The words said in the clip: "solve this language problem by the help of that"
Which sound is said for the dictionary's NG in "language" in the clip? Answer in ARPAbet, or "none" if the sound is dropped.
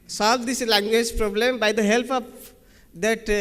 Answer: NG